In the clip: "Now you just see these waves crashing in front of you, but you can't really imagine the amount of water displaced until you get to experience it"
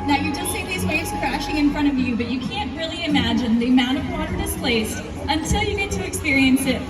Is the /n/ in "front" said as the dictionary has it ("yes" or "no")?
no